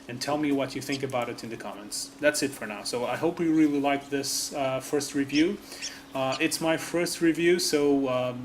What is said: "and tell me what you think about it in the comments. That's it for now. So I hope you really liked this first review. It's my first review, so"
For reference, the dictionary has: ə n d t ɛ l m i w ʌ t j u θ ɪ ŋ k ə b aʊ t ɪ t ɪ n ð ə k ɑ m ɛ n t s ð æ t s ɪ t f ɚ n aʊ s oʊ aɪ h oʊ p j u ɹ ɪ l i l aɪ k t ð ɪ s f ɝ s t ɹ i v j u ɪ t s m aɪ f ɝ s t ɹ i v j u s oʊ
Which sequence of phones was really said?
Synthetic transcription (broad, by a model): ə n t ɛ l m i w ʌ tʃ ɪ θ ɪ ŋ k ə b aʊ t ɪ t ɪ n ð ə k ɑ m ɛ n t s ð æ t s ɪ t f ɚ n aʊ s oʊ aɪ h oʊ p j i ɹ ɪ l i l aɪ k ð ɪ s f ɝ s t ɹ i v j u ɪ t s m aɪ f ɝ s t ɹ i v j u s oʊ